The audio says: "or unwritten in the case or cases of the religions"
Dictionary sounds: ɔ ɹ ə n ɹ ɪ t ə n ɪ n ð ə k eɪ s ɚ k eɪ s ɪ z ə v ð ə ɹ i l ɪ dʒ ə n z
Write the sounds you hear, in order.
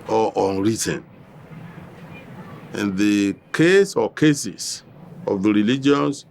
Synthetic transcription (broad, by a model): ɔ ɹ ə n ɹ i t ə n ɪ n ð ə k eɪ s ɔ k eɪ s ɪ s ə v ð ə ɹ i l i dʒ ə n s